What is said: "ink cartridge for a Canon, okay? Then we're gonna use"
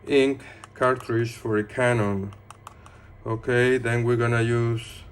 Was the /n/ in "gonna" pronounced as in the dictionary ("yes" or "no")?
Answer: yes